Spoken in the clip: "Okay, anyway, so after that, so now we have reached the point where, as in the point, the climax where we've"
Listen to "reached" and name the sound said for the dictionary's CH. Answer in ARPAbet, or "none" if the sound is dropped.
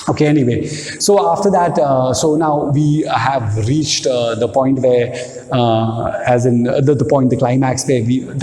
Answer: CH